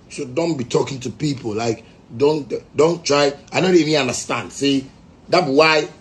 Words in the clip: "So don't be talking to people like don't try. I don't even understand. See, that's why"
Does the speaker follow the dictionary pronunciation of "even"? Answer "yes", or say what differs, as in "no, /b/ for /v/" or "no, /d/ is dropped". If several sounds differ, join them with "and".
no, /n/ is dropped